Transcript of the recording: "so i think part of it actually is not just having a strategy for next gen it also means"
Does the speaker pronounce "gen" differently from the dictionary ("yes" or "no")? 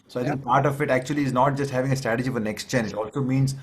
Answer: yes